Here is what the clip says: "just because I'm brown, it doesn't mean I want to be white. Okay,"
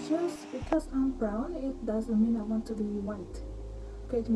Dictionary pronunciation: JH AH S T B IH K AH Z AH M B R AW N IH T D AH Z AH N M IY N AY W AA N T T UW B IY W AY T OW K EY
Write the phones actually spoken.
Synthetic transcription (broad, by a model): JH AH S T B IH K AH S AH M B R AW N IH T D AH Z AH N M IY N AY W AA N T T UW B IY W AY T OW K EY